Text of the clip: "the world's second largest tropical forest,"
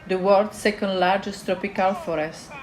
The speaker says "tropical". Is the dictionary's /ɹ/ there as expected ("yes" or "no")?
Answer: yes